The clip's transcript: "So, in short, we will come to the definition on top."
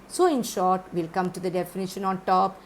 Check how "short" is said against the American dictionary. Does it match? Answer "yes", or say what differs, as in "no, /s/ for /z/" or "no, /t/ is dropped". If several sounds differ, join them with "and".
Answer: yes